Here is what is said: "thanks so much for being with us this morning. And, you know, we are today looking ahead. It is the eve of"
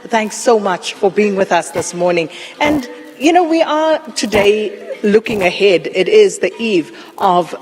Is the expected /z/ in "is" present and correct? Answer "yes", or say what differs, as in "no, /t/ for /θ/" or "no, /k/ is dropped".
yes